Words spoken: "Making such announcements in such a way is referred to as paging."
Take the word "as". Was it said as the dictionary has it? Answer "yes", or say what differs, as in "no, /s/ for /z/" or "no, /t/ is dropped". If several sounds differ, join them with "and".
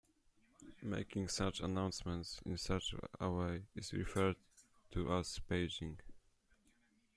no, /s/ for /z/